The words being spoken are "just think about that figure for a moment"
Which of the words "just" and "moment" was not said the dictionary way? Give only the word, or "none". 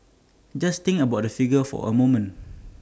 moment